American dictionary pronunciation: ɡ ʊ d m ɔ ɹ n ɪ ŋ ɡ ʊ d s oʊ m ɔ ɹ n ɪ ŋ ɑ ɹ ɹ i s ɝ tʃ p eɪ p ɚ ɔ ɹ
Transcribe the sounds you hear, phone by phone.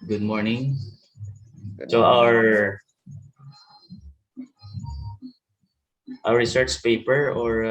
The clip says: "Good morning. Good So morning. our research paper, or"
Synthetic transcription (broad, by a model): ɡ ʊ d m ɔ ɹ n ɪ ŋ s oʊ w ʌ ɹ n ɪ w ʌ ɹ ɹ i s ɝ tʃ p eɪ p ɚ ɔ ɹ